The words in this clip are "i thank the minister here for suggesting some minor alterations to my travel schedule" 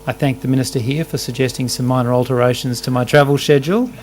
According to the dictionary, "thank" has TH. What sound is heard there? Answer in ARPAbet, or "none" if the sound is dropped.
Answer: TH